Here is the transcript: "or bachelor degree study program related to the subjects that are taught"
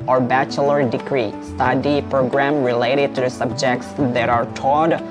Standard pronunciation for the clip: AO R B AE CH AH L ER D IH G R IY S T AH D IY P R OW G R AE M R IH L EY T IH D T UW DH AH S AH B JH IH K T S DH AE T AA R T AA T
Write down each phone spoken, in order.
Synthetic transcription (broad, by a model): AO R B AE CH AH L ER D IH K R IY S T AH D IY P R OW G R AE M R IH L EY T IH D T UW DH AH S AH B JH IH K T S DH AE T AA R T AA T